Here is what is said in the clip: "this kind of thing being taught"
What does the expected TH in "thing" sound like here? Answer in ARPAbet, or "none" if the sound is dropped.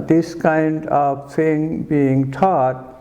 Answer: T